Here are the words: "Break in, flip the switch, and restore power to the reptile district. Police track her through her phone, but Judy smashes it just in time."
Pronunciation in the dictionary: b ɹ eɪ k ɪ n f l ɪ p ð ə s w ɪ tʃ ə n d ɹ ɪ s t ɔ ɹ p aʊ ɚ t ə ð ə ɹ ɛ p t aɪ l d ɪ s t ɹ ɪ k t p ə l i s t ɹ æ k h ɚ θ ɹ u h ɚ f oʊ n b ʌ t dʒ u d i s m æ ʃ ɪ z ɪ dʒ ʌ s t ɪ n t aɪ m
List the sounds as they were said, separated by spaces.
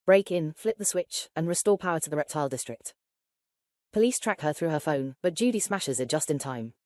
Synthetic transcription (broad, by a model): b ɹ eɪ k ɪ n f l ɪ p ð ə s w ɪ tʃ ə n ɹ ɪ s t ɔ p aʊ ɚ t ə ð ə ɹ ɛ p t aɪ l d ɪ s t ɹ ɪ k t p ə l i s t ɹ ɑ k h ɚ θ ɹ u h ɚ f oʊ n b ʌ t dʒ u d i s m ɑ ʃ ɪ z ɪ dʒ ʌ s t ɪ n t aɪ m